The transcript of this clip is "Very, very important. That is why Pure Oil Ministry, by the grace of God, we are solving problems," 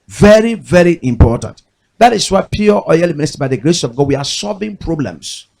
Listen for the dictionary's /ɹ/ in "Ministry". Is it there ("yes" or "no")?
no